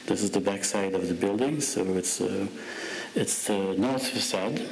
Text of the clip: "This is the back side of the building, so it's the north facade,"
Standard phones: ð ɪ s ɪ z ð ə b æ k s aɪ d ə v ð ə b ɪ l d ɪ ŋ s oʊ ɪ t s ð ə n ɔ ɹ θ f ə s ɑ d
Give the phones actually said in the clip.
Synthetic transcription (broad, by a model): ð ɪ s ɪ z ð ə b æ k s aɪ d ə v ð ə b ɪ l d ɪ ŋ s oʊ ɪ t s ð ə n ɔ ɹ θ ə s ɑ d